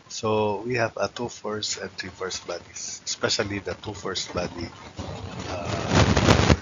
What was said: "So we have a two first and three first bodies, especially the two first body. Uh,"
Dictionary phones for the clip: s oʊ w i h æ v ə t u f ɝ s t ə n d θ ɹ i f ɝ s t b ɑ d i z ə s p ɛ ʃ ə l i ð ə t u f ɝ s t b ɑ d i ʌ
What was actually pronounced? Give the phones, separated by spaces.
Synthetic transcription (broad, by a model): s oʊ w i h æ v ə t u f ɝ s t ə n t ɹ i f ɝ s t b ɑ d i s ə s p ɛ ʃ ə l i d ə t u f ɝ s t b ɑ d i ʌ